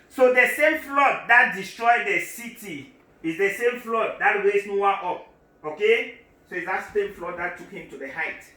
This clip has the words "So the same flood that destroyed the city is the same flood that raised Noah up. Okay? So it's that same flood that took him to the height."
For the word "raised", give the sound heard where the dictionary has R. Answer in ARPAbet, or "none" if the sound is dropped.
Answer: W